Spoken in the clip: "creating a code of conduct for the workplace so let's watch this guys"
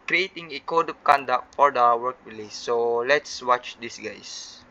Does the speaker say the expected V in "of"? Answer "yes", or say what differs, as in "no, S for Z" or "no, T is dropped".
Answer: no, P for V